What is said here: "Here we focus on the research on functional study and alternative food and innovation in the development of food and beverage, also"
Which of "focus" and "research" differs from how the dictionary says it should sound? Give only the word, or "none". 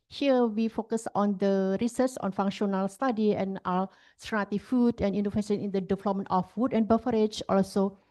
research